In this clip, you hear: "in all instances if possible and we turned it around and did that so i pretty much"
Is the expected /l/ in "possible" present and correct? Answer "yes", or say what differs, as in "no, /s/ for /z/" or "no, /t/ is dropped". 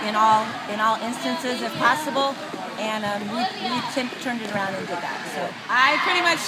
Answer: no, /n/ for /l/